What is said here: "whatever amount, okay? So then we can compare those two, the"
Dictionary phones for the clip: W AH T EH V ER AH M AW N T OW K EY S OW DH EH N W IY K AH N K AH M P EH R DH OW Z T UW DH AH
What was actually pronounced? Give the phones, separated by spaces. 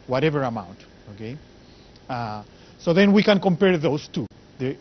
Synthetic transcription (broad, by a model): W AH T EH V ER AH M AW N T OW K EY S OW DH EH N W IY K AH N K AH M P EH R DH OW S T UW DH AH